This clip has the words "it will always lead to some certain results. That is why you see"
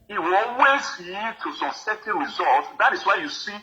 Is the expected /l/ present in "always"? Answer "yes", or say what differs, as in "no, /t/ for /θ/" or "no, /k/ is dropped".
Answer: no, /l/ is dropped